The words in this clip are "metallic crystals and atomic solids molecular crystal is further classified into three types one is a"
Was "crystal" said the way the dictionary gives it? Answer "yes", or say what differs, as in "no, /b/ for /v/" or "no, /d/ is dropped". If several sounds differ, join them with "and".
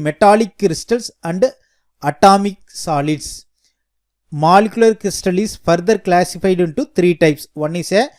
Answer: yes